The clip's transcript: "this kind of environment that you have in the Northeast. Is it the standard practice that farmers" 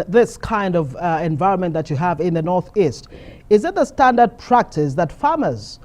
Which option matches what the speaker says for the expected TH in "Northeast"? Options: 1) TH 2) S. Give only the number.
1